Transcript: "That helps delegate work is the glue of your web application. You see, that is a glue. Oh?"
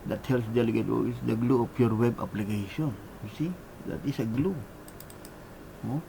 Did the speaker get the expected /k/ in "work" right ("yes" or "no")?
no